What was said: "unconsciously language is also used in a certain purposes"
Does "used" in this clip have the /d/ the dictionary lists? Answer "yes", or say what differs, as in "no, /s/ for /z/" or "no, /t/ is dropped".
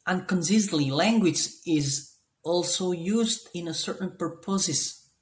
yes